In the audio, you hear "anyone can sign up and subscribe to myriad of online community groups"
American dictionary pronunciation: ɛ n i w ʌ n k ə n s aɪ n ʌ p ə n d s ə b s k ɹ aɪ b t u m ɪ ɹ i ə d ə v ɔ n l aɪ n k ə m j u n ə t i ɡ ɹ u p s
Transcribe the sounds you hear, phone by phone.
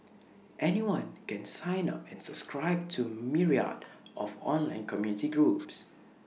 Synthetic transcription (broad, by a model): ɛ n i w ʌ n k ə n s aɪ n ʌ p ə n s ə b s k ɹ aɪ b t u m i ɹ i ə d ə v ɔ n l aɪ n k ə m j u n ə t i ɡ ɹ u p s